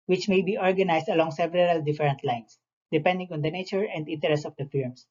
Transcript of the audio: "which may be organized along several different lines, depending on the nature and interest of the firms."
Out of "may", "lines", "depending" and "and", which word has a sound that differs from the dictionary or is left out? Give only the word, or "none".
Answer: lines